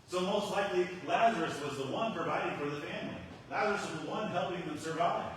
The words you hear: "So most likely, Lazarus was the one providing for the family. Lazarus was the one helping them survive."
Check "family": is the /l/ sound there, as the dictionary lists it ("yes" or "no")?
yes